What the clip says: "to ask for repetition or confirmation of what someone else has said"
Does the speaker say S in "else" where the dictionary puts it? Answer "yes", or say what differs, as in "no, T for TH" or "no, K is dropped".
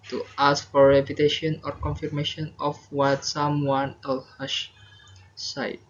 no, S is dropped